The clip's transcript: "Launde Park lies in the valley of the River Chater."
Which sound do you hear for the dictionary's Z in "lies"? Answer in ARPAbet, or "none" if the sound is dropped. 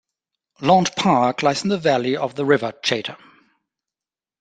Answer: S